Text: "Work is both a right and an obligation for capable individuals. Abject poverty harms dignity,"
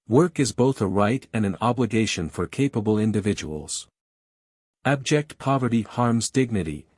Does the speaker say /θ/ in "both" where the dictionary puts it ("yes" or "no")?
yes